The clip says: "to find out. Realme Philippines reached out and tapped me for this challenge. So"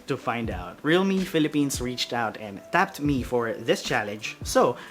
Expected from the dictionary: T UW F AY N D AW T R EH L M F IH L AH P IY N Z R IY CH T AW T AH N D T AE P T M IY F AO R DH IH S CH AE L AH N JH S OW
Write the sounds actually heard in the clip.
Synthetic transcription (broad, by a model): T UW F AY N D AW T R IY L M F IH L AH P IY N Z R IY CH T AW T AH N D T AE P T M IY F AO R DH IH S CH AE L AH N JH S OW